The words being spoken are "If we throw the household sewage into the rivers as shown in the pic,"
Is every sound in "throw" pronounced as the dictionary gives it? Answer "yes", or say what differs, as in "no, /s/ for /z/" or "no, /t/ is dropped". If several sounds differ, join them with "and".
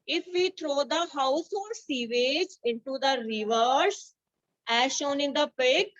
no, /t/ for /θ/